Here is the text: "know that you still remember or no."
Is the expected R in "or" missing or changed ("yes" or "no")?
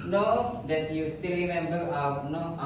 yes